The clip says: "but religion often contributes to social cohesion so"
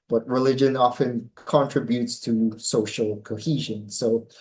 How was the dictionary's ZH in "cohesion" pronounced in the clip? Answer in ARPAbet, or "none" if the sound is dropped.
ZH